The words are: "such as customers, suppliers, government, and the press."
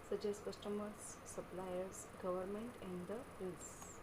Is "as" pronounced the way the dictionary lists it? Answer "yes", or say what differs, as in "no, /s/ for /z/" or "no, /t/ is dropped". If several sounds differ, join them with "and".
no, /s/ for /z/